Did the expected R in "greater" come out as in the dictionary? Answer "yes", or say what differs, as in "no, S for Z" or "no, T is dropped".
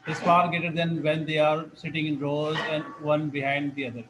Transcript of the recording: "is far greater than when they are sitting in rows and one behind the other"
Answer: no, R is dropped